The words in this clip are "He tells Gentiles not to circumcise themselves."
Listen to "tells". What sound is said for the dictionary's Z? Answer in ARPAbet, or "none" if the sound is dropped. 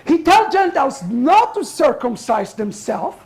none